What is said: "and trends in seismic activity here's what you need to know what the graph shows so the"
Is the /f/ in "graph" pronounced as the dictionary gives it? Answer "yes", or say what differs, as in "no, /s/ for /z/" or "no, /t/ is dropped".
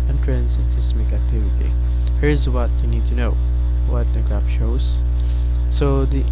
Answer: no, /p/ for /f/